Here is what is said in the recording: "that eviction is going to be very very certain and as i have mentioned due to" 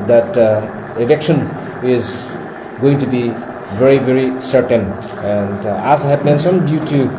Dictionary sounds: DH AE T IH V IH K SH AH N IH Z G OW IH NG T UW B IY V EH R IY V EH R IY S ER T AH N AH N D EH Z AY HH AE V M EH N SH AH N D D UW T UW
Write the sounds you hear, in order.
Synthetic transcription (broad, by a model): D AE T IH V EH K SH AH N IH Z G OW IH NG T UW B IY V EH R IY V EH R IY S ER T AH N AH N D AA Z HH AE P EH N S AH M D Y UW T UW